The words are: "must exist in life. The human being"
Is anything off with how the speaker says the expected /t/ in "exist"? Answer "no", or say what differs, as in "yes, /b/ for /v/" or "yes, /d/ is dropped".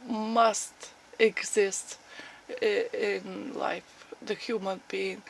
no